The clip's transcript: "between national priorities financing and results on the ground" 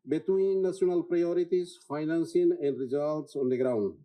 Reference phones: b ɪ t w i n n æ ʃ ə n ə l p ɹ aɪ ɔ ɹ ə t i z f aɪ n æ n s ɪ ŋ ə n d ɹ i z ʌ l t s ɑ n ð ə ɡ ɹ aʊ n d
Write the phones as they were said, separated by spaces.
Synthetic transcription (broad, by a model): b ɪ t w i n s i ə n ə l p ɹ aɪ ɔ ɹ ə t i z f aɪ n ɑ n s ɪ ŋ ə n d ɹ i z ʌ l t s ɑ n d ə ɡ ɹ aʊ n d